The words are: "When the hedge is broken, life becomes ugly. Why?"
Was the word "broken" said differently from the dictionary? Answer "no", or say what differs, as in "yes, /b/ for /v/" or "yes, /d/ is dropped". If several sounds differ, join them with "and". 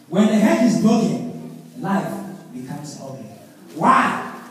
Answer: yes, /ɹ/ is dropped